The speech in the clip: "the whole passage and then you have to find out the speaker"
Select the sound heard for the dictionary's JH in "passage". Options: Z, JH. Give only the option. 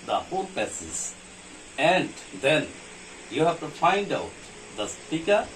Z